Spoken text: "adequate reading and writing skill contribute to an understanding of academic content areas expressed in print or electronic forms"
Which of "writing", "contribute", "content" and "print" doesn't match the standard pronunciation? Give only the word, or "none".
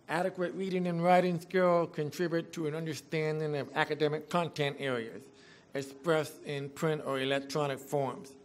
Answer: none